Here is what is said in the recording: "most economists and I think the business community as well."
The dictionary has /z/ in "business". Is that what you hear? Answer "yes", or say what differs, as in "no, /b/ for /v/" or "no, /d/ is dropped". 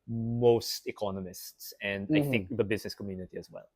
yes